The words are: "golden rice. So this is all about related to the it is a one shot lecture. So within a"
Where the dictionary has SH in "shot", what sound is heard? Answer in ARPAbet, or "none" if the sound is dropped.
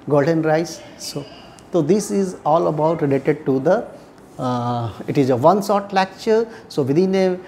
S